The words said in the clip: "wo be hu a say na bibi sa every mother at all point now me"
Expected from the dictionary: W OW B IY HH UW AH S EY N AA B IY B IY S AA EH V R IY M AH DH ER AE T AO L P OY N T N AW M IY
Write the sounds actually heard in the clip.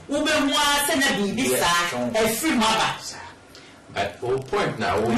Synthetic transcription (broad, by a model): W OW B IY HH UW AH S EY N AA B IY B IY S AA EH F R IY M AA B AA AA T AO P OY N T N AW